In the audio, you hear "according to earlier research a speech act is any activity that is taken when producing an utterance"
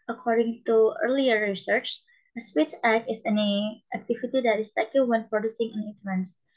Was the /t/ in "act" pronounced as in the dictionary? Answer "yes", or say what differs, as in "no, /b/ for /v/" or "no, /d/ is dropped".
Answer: no, /t/ is dropped